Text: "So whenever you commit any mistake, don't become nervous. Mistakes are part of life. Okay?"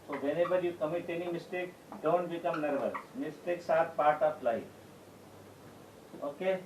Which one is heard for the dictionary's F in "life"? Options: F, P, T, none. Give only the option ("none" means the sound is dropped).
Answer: none